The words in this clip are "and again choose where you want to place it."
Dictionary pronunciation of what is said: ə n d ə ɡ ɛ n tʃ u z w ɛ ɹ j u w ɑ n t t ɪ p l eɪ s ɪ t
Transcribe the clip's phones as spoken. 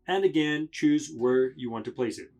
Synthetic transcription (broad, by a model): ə n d ə ɡ ɛ n tʃ u z w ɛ ɹ j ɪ w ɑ n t t ɪ p l eɪ s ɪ t